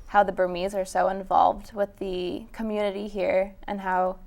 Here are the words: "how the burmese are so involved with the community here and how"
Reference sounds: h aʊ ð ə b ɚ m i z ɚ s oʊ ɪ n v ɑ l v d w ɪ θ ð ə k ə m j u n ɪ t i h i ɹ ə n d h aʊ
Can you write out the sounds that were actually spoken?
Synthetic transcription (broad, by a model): h aʊ ð ə b ɚ m i z ɚ s oʊ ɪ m v ɑ l v d w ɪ ð ə k ə m j u n ɪ t i h i ɹ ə n h aʊ